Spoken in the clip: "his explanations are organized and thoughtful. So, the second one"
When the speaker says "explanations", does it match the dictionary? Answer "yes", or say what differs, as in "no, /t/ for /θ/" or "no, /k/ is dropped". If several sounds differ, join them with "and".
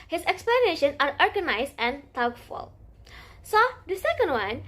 no, /z/ is dropped